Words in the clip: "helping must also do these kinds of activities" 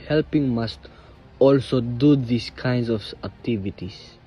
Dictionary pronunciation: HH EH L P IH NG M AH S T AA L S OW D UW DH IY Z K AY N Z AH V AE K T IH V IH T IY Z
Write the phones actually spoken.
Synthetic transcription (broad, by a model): HH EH L P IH NG M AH S T AA L S OW D UW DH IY S K AY N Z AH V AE K T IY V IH T IY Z